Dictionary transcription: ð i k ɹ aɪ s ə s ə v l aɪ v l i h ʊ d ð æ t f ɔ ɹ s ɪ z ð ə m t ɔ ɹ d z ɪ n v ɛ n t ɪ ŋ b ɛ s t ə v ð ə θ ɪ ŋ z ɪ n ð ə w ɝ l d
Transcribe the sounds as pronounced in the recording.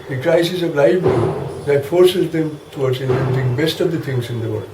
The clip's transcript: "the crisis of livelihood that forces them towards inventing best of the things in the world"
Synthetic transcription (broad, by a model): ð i k ɹ aɪ s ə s ə v l aɪ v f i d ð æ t f ɔ ɹ s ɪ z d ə m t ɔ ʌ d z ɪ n ɛ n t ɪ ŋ b ɛ s t ə v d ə t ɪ ŋ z ɪ n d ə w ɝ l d